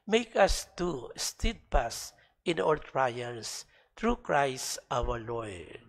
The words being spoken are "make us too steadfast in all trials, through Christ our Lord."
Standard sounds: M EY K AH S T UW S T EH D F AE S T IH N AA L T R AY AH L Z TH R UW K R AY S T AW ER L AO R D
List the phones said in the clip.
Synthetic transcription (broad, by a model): M EY K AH S T UW S T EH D P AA S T IH N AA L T R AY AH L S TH R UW K R AY S T AW ER L AO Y